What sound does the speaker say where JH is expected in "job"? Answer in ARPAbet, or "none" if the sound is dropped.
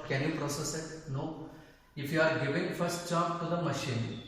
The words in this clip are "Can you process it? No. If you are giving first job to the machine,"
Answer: CH